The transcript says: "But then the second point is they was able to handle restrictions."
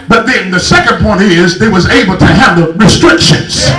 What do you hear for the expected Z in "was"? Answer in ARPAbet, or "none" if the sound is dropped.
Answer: Z